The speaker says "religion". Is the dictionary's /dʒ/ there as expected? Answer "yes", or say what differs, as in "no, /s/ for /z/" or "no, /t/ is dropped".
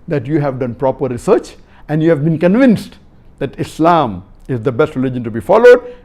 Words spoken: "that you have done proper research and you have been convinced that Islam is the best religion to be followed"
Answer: yes